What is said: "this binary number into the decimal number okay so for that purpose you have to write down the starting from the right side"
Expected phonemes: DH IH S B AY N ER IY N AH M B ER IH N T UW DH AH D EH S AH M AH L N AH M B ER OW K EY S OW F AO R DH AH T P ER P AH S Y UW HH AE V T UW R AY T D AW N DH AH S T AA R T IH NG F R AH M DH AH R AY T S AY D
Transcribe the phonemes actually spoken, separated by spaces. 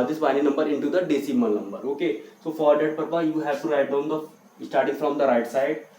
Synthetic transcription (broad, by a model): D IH S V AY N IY N AH M B ER IH N T UW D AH D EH S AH M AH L N AH M B ER OW K EY S OW F AO R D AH T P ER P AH Y UW HH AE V T UW R AY T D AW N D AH S T AA R T IH NG F R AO M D AH R AY T S AY D